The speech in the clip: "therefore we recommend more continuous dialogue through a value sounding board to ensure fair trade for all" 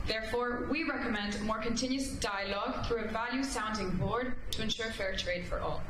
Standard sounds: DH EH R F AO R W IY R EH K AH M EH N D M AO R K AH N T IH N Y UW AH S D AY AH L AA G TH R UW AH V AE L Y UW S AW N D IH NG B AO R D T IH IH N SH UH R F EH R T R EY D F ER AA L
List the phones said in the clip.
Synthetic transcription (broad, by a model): DH EH R F AO R W IY R EH K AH M EH N D M AO R K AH N T IH N Y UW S D AY AH L AA G TH R UW AH V AE L Y UW S AW N D IH NG B AO R D T IH IH N SH UH R F EH R T R EY D F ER AA L